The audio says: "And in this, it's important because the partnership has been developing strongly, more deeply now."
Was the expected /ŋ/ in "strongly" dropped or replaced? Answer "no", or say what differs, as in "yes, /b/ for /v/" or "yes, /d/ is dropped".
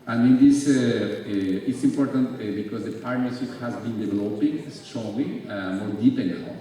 yes, /ŋ/ is dropped